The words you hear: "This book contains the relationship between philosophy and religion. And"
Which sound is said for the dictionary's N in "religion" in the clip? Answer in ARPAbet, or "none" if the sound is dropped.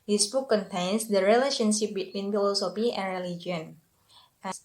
none